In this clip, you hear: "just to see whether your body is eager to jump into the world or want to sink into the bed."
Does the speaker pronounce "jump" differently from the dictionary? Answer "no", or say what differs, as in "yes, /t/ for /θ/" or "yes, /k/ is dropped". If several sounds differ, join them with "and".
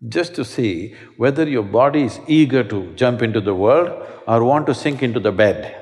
no